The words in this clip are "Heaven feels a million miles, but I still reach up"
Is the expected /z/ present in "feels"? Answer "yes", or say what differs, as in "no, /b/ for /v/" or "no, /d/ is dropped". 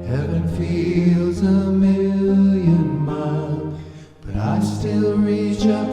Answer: yes